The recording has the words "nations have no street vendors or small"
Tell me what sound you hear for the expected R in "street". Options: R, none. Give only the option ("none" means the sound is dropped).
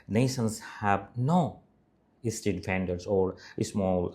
none